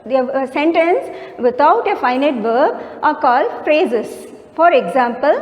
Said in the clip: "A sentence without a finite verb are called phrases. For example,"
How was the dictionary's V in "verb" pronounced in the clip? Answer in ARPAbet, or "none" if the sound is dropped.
V